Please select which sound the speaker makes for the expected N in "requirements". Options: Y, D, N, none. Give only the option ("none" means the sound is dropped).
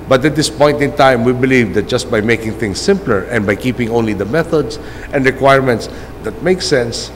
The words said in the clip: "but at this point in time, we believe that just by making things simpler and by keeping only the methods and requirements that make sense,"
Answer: N